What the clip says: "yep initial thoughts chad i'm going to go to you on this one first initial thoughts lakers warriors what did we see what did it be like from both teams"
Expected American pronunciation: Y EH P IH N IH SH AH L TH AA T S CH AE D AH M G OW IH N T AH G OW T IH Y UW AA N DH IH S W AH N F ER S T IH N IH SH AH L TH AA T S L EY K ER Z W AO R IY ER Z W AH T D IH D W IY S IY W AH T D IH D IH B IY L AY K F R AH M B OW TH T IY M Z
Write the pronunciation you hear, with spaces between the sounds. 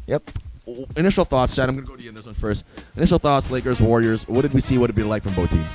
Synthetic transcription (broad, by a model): Y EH P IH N IH SH L TH AA T S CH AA AH M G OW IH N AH G OW T IH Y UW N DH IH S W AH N F ER S T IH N IH SH L TH AA T S L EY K ER Z W AO R IY ER Z W AH T D IH D W IY S IY W AH T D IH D B IY L AY K F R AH M B OW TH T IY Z